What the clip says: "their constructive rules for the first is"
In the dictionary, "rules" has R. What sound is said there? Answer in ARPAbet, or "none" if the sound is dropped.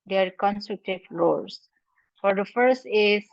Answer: L